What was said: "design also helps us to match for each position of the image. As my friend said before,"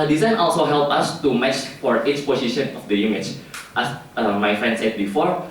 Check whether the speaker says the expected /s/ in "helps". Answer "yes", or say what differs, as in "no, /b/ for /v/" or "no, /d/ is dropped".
no, /s/ is dropped